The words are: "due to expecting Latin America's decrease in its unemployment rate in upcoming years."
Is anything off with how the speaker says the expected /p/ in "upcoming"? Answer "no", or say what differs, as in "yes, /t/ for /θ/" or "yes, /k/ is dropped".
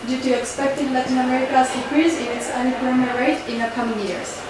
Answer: yes, /p/ is dropped